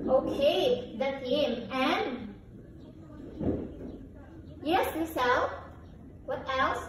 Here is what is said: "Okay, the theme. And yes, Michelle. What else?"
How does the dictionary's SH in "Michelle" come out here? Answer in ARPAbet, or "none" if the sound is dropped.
S